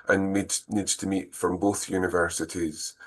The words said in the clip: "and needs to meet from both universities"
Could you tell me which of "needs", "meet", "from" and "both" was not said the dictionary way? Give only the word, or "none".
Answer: none